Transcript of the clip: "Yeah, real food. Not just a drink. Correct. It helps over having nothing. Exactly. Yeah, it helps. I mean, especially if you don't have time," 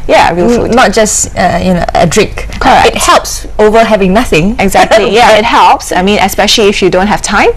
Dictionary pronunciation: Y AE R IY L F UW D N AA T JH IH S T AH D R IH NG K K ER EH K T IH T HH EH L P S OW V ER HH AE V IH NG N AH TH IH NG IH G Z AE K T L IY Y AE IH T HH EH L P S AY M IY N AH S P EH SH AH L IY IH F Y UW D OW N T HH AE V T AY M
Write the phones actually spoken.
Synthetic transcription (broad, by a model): Y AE R IY L F UW D N AA T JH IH S T AH D R IH NG K K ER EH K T IH T HH EH L P S OW V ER HH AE V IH NG N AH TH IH NG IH G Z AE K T L IY Y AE IH T HH EH L P S AY M IY N AH S P EH SH AH L IY IH F Y UW D OW N T HH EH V T AY M